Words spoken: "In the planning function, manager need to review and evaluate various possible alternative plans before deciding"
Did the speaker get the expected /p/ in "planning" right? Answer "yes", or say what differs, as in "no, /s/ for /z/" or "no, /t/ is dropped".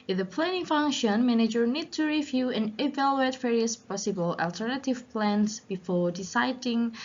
yes